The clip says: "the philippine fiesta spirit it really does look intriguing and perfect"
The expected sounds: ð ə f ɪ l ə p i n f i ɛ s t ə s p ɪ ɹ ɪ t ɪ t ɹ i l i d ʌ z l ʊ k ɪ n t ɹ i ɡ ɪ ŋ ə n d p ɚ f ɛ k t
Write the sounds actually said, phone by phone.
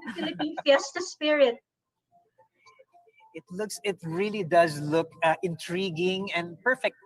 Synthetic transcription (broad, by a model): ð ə f ɪ l ə p i n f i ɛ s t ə s p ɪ ɹ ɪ t ɪ t ɹ i l i d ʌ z l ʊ k ɪ n t ɹ i ɡ ɪ ŋ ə n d p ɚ f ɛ k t